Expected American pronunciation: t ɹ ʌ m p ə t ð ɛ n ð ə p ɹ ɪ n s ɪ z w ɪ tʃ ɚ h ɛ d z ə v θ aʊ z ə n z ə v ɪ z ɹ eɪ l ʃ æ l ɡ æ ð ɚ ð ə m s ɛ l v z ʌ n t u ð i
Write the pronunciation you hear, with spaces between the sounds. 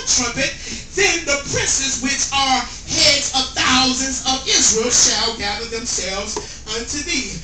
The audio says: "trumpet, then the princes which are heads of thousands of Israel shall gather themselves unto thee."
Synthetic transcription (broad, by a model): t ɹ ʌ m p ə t ð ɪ n ð ə p ɹ ɪ n s ɪ z w ɪ tʃ ɚ h ɛ d z ə v θ aʊ z ə n z ə v ɪ z ɹ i l ʃ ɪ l ɡ æ ð ɚ ð ə m s ɛ l v z ʌ n t u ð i